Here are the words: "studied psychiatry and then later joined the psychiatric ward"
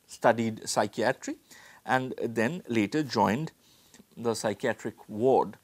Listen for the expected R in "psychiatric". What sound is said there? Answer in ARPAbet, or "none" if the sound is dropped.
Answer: R